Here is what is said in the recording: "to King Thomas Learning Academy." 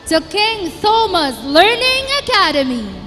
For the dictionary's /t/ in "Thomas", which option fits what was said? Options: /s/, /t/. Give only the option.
/s/